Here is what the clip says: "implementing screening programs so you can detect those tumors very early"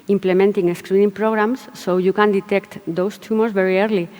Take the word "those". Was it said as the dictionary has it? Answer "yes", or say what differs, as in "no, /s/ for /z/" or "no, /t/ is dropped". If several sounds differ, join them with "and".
no, /s/ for /z/